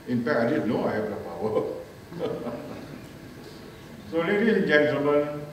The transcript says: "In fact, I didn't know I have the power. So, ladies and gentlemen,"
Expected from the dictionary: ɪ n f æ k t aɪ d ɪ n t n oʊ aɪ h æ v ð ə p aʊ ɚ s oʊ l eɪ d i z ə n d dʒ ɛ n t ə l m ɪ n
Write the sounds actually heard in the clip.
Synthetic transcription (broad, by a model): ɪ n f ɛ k aɪ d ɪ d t n oʊ aɪ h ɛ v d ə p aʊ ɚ s oʊ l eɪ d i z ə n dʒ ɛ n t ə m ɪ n